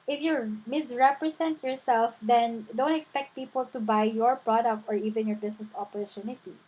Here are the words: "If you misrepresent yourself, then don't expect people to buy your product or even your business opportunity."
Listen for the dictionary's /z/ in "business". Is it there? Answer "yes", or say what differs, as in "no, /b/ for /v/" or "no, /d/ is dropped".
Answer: no, /s/ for /z/